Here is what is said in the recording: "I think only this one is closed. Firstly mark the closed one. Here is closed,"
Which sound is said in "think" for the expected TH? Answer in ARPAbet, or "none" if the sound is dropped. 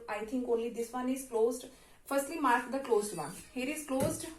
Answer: T